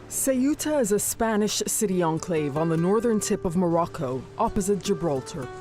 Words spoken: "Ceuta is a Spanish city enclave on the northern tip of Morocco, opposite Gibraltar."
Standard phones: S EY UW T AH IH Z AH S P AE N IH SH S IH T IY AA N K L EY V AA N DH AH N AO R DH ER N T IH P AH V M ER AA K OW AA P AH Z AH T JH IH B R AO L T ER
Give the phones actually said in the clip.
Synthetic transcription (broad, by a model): S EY UW T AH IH Z AH S P AE N IH SH S IH T IY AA N K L EY V N DH AH N AO R DH ER N T IH P AH V M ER AA K OW AA P AH Z AH T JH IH B R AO L T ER